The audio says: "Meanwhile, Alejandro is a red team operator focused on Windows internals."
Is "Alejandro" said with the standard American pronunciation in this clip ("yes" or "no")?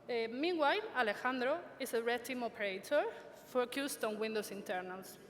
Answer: yes